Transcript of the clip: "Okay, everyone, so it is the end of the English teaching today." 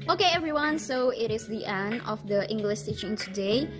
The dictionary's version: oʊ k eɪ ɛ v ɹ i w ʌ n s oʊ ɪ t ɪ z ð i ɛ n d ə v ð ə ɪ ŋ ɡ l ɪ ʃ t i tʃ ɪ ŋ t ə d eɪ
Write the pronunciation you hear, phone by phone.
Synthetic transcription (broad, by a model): oʊ k eɪ ɛ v ɹ i w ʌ n s oʊ ɪ t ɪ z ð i ɛ n d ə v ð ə ɪ ŋ ɡ l ɪ ʃ s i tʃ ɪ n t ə d eɪ